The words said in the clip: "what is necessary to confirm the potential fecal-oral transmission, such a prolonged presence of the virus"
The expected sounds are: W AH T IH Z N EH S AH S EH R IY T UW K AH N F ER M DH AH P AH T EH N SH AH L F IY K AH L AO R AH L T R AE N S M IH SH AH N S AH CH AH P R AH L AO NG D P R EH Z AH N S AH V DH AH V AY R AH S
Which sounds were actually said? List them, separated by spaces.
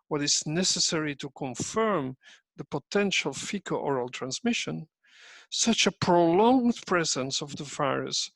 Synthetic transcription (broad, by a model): W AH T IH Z N EH S AH S EH R IY T UW K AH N F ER M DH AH P AH T EH N SH AH L F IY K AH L AO R AH L T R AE N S M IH SH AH N S AH CH AH P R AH L AO NG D P R EH Z AH N S AH V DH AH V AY R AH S